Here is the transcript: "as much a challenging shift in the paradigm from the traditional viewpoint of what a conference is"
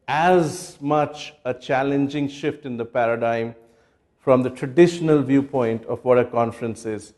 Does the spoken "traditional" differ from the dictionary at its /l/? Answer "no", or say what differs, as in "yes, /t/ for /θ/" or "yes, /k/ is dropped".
no